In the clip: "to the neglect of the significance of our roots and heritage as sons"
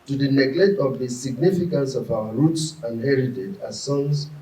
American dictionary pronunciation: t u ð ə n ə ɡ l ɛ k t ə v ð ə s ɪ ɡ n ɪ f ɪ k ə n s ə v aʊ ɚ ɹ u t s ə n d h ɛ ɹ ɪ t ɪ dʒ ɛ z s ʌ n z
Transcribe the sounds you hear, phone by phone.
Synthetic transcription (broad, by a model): t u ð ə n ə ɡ l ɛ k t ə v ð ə s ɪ ɡ n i f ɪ k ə n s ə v aʊ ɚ ɹ u t s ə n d h ɛ ɹ ɪ t ɪ dʒ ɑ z s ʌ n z